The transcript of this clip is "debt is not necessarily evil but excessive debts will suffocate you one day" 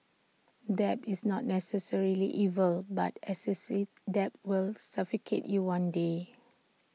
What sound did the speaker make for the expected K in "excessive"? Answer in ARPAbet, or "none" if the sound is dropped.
none